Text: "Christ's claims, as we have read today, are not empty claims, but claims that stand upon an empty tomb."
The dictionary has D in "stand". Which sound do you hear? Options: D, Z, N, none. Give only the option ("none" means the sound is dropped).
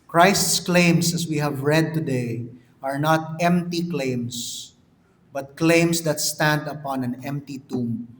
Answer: D